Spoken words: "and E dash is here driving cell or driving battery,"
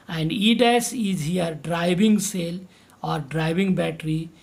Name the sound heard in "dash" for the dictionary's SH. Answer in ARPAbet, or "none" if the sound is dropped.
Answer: S